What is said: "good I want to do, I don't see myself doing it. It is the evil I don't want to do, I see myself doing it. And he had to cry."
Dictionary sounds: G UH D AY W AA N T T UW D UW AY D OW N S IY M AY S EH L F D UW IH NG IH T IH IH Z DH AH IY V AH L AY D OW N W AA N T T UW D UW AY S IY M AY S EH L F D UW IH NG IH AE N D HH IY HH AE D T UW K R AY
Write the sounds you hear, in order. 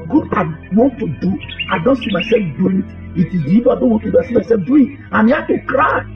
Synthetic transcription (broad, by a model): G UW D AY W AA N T T UW D UW AY D OW N S IY M AY S EH L F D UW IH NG IH T IH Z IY B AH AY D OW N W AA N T T UW D UW AY S IY M AY S EH L F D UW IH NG IH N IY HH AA T UW K R AY